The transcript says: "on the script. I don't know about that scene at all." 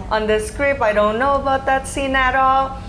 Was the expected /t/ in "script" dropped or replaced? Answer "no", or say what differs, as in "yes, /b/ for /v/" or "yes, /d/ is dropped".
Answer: yes, /t/ is dropped